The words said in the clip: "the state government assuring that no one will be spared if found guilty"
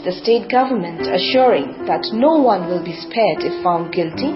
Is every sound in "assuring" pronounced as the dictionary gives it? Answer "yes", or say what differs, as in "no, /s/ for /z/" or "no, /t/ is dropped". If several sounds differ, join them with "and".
yes